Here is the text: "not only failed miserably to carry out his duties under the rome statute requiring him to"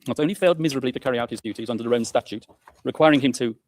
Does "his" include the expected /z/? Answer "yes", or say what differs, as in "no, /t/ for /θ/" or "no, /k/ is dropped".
yes